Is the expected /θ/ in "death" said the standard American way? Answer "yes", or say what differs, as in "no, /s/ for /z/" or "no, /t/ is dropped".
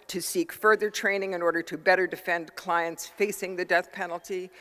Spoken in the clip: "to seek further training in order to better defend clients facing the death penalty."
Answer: yes